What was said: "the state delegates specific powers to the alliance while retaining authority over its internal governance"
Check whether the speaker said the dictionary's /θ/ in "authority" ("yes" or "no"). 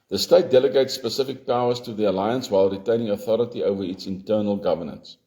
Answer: yes